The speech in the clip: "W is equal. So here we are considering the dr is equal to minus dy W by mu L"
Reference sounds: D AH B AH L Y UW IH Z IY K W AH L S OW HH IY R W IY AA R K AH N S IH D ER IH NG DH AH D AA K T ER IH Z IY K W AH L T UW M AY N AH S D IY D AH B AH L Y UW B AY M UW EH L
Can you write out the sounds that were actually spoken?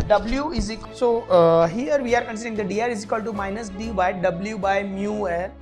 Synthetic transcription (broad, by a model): D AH B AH L Y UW IH Z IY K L S OW HH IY R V IY AA R K AH N S IH D ER IH NG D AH D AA T IH Z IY K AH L T UW M AY N AH S D IY D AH B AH L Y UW B AY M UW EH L